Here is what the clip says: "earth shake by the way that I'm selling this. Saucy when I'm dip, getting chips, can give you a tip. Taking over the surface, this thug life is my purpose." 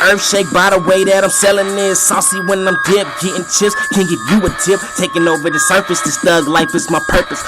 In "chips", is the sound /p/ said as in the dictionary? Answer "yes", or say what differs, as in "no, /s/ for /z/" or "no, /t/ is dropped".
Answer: no, /p/ is dropped